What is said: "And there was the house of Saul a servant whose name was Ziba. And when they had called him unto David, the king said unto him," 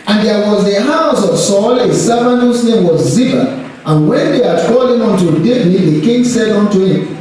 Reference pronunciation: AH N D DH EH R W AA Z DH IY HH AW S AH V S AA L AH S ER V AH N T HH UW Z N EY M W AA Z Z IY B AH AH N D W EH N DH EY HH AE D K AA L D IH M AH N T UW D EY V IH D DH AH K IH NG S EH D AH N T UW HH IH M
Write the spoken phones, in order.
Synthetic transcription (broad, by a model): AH N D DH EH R W AA Z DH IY HH AW S AH V S AA L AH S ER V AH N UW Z N EY M W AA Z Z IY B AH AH N W EH N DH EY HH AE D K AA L IH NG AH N T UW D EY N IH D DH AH K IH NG S EH D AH N T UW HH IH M